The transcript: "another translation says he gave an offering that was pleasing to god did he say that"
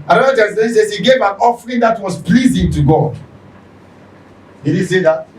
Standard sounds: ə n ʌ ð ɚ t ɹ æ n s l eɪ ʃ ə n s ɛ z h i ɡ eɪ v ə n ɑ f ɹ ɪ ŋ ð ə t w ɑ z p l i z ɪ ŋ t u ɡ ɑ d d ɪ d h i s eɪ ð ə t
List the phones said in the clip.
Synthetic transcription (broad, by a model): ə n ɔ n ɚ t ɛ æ s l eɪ s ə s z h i ɡ eɪ v ə n ɑ f ɹ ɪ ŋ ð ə t w ɑ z p l i z ɪ ŋ t u ɡ ɑ d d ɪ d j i s eɪ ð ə t